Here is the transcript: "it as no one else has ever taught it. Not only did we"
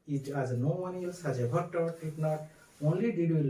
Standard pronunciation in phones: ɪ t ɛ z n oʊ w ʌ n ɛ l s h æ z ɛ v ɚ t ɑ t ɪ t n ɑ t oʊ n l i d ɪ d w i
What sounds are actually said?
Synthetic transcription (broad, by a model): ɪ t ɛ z n oʊ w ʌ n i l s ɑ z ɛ b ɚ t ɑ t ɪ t n ɑ t oʊ n l i d ɪ d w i